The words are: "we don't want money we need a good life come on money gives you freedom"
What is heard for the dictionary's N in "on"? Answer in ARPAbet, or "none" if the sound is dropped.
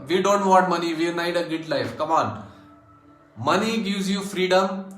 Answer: L